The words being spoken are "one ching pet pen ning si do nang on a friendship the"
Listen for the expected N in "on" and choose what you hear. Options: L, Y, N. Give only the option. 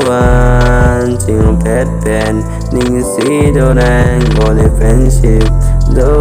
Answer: L